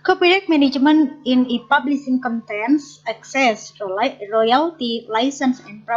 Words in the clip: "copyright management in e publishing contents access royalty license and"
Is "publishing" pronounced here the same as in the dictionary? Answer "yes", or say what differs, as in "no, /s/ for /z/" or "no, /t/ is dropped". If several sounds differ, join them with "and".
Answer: no, /s/ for /ʃ/